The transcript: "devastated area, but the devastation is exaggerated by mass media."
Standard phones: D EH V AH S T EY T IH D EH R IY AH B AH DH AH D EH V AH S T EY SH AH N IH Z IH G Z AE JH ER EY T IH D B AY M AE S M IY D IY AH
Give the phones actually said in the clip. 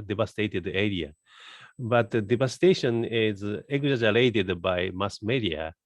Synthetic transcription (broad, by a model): D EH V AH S T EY T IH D EH R IY AH B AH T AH D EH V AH S T EY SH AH N IH Z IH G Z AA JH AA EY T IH D B AY M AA S M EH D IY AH